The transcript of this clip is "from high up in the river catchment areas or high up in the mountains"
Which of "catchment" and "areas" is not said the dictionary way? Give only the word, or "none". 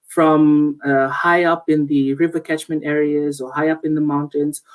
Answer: none